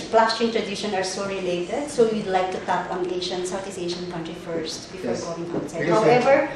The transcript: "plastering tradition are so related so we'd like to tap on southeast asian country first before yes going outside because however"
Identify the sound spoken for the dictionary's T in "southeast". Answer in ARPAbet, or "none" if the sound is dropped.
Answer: none